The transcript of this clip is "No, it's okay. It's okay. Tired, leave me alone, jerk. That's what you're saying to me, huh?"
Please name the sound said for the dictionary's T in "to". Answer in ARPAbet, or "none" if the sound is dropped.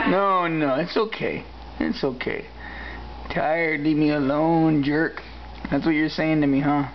T